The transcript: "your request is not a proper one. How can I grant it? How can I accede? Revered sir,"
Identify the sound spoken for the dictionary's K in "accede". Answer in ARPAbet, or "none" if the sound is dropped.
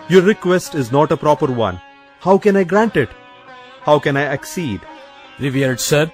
K